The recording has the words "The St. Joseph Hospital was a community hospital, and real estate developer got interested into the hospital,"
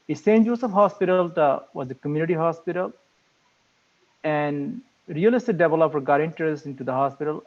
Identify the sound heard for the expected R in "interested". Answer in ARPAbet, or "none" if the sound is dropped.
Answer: none